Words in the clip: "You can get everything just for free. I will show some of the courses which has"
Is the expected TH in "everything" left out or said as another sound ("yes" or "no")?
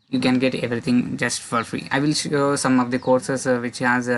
yes